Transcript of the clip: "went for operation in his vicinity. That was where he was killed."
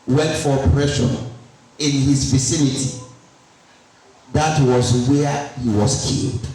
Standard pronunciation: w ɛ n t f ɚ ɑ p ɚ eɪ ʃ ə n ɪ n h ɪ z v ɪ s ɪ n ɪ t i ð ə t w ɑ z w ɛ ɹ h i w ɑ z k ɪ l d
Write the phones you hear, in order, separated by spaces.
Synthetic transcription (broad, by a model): w ɛ n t f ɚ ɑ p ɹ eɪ ʃ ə n ɪ n h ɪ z v ɪ s ɪ n ɪ t i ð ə t w ɑ z w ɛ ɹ h i w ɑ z k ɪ l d